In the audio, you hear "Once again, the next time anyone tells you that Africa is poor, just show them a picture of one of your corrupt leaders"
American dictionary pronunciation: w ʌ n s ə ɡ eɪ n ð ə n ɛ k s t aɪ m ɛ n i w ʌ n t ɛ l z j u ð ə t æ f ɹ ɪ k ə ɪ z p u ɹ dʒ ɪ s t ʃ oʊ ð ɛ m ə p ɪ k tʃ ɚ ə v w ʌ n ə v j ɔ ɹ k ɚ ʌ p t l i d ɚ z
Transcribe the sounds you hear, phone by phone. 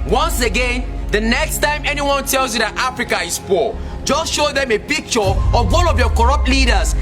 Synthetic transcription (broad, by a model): w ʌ n s ə ɡ eɪ n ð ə n ɛ k s t aɪ m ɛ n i w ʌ n t ɛ l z j u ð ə t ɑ f ɹ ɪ k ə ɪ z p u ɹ dʒ ɪ s t ʃ oʊ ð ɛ m ə p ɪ k tʃ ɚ ə v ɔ l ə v j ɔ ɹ k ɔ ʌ p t l i d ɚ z